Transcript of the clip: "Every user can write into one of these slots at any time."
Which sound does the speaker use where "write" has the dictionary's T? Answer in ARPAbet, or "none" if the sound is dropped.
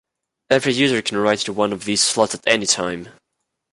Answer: none